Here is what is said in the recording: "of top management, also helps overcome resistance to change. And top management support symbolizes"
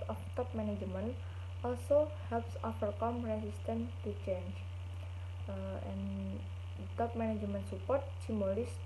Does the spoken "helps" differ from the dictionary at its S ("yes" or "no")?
no